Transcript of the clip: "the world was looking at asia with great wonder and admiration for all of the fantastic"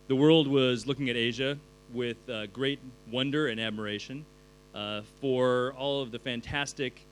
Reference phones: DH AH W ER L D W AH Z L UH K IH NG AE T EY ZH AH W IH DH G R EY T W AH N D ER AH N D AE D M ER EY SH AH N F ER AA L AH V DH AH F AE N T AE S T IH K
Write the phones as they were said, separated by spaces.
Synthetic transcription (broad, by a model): DH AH W ER L D W AH Z L UH K IH NG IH T EY ZH AH W IH DH G R EY T W AH N D ER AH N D AE D M ER EY SH AH N F ER AA L AH V DH AH F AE N T AE S T IH K